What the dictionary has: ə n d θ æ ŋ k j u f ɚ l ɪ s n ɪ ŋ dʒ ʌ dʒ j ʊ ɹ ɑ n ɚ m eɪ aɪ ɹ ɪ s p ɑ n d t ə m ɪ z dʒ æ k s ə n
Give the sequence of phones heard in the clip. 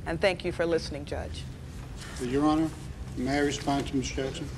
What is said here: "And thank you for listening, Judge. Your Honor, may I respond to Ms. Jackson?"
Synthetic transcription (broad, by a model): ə n θ æ ŋ k j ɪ f ɚ l ɪ s n ɪ ŋ dʒ ʌ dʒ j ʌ ɹ ɑ n ɚ m eɪ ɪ ɹ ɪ s p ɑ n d t ə m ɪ s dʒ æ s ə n